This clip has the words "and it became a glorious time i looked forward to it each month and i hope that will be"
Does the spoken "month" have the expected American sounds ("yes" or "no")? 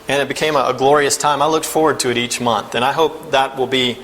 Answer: yes